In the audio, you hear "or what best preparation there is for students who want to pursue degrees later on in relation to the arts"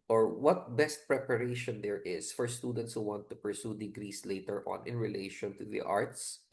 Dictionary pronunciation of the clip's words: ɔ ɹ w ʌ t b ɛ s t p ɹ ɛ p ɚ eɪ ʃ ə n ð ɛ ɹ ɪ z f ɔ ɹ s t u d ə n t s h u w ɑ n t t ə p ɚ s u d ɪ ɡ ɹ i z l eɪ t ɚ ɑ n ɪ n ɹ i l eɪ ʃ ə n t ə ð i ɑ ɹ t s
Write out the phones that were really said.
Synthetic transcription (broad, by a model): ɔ ɹ w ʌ t b ɛ s t p ɹ ɛ p ɚ eɪ ʃ ə n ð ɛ ɹ ɪ s f ɔ ɹ s t u d ə n t s h u w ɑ n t t ə p ɚ s u d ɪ ɡ ɹ i s l eɪ t ɚ ɑ n ɪ n ɹ i l eɪ ʃ ə n t ə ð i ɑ ɹ t s